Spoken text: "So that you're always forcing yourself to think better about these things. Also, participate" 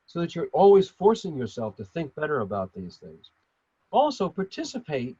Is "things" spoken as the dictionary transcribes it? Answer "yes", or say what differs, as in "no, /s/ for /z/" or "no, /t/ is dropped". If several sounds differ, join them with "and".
yes